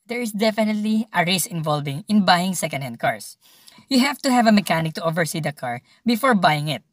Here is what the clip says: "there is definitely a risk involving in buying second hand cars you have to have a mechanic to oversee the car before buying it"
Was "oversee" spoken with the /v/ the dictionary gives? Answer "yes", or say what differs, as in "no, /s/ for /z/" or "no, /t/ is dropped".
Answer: yes